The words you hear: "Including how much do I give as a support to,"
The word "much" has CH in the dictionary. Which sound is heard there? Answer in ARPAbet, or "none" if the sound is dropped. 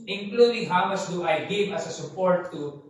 S